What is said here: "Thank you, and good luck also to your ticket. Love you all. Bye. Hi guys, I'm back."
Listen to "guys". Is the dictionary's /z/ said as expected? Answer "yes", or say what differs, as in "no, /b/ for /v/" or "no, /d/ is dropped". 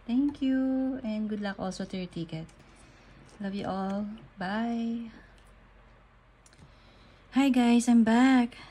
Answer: no, /s/ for /z/